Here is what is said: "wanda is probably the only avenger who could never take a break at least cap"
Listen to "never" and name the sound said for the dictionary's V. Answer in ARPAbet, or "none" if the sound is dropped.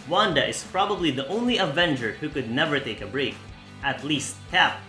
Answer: V